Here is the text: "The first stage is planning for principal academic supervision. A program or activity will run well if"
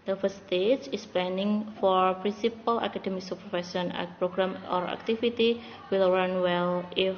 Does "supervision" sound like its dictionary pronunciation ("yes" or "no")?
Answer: no